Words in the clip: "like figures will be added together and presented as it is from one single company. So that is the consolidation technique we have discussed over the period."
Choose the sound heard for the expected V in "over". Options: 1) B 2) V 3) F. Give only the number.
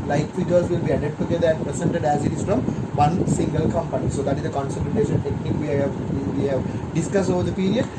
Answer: 2